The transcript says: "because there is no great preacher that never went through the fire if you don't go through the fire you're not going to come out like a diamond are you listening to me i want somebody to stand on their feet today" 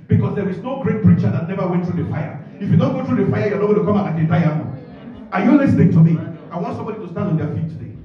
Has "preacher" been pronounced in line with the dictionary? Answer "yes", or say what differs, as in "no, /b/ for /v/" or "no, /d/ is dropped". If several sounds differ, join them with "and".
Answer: yes